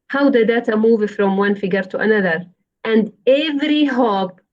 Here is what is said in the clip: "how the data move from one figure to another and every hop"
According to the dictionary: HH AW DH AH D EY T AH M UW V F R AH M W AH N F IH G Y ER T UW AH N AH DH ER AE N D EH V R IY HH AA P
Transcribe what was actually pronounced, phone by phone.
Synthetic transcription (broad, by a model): HH AW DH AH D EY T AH M UW V F R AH M W AH N F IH G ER T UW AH N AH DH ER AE N D EH V R IY HH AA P